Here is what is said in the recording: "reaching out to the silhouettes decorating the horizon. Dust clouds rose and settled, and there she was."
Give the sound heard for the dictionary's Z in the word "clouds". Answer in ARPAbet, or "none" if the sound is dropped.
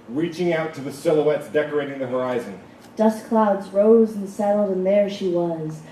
Z